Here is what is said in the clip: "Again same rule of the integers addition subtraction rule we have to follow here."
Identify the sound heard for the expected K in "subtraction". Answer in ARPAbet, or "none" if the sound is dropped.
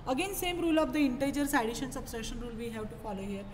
none